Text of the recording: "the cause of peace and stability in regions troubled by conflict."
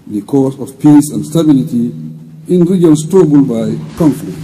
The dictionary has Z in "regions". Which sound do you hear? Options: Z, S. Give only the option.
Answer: S